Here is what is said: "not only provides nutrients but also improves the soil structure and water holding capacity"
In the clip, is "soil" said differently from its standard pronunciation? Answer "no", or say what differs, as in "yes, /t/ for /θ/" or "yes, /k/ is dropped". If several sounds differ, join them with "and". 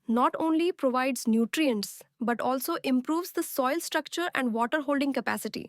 no